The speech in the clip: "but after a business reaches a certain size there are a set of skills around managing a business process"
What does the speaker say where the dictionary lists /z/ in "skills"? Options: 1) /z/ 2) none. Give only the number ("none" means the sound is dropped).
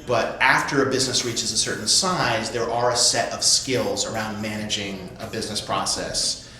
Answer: 1